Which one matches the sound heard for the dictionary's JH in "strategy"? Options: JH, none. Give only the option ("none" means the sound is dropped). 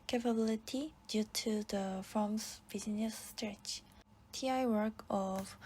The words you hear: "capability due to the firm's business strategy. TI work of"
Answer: none